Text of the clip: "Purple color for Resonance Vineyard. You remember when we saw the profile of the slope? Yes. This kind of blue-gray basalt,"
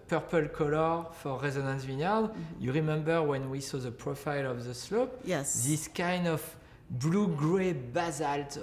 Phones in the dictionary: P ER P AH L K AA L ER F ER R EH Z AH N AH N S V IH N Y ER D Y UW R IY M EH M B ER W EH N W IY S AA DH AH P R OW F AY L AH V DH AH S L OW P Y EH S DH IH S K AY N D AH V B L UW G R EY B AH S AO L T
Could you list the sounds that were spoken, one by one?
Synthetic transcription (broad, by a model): P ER P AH L K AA L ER F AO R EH Z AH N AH N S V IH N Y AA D Y UW R IY M EH M B ER W EH N W IY S AA DH AH P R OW F AY L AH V DH AH S L OW P Y EH S DH IH S K AY N D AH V B L UW G R EY B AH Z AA L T